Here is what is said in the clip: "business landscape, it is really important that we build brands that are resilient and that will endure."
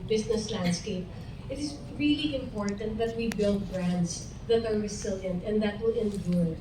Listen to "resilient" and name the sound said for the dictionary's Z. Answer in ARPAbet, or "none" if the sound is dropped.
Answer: S